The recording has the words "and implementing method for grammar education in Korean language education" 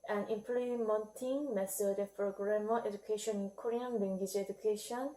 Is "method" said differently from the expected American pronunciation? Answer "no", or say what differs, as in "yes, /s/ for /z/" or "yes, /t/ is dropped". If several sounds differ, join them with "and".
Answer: yes, /s/ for /θ/